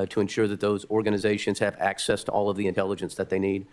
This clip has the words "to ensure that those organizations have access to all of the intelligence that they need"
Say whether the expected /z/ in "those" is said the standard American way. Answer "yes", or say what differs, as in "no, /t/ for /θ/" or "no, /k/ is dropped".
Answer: yes